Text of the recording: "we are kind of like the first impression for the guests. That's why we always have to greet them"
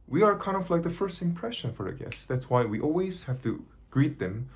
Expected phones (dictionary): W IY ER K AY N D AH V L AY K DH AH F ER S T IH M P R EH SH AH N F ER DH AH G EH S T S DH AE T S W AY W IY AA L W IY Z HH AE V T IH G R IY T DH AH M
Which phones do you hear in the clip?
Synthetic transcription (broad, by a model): W IY ER K AY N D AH F L AY K DH AH F ER S T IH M P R EH SH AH N F ER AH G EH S S DH AE T S W AY W IY AA L W IY Z HH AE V T IH G R IY T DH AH M